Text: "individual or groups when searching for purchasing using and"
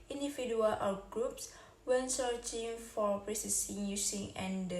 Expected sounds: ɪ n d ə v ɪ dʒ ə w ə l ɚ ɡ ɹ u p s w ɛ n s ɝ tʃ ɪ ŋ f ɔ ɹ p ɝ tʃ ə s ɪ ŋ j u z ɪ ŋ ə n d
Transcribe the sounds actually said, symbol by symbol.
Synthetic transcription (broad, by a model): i n d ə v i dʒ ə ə l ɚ ɡ ɹ u p s w ɛ n s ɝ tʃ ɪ ŋ f ɔ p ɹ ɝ s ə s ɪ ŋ j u s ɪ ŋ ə n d